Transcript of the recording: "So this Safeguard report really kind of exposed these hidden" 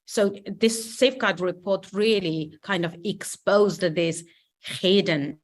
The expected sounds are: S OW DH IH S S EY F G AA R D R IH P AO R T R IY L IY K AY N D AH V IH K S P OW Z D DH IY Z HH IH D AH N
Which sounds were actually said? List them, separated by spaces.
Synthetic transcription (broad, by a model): S OW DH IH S S EY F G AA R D R IH P AO R T R IY L IY K AY N D AH V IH K S P OW Z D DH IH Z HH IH D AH N